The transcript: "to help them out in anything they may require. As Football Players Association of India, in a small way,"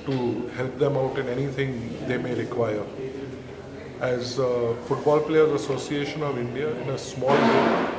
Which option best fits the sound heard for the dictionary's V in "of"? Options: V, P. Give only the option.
V